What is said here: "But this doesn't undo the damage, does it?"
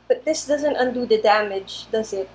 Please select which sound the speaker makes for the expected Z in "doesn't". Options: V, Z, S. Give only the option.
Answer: Z